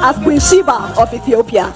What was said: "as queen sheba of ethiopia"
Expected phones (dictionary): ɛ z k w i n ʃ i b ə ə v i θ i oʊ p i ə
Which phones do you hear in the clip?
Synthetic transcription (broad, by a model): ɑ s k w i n ʃ i b ə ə f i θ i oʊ p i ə